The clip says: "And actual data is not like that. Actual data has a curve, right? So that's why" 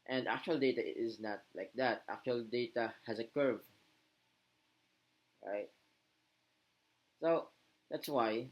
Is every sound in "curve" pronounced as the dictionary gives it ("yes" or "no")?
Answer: yes